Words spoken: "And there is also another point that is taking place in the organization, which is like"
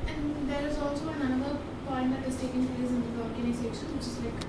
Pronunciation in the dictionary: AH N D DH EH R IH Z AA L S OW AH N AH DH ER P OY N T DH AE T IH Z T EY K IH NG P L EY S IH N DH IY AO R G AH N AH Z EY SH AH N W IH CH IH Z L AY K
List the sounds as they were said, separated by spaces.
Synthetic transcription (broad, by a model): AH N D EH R IH Z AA L S OW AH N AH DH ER P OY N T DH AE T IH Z T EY K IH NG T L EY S IH N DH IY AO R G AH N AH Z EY S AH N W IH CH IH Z L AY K